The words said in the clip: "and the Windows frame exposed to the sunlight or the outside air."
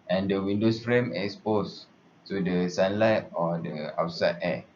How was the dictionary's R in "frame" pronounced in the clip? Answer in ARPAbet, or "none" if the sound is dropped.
R